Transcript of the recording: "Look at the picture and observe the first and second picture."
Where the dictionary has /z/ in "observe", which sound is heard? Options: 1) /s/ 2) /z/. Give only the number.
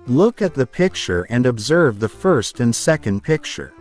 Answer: 2